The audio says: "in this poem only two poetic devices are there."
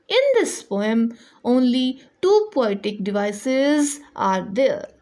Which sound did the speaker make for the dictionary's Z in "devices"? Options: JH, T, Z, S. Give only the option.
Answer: Z